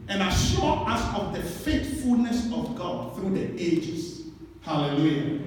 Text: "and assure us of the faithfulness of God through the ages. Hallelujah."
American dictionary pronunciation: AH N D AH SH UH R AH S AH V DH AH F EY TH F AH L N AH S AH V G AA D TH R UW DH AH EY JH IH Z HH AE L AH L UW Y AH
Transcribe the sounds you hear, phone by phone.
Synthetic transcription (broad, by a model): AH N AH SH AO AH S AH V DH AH F EY T F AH L N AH S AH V G AA D TH R UW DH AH EY JH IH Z HH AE L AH L UW Y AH